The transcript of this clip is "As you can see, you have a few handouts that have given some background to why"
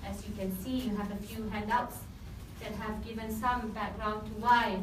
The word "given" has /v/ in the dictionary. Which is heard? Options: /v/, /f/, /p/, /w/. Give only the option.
/v/